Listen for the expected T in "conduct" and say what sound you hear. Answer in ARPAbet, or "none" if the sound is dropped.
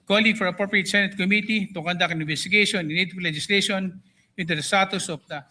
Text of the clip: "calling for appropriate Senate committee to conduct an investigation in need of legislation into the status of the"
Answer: none